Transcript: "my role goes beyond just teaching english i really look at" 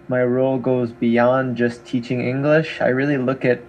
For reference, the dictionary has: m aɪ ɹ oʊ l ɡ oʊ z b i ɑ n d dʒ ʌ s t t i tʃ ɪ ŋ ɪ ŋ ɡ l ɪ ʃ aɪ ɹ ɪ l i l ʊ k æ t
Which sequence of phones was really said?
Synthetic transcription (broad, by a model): m aɪ ɹ oʊ l ɡ oʊ z b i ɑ n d dʒ ʌ s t t i tʃ ɪ ŋ ɪ ŋ ɡ l ɪ ʃ aɪ ɹ ɪ l i l ʊ k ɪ t